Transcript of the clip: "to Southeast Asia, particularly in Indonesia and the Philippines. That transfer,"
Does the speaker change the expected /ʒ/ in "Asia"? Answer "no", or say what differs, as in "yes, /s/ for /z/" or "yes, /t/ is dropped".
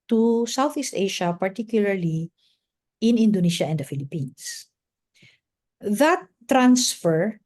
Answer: yes, /ʃ/ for /ʒ/